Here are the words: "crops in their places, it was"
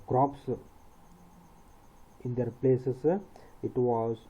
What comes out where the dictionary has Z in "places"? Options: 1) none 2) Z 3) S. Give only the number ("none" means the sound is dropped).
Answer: 3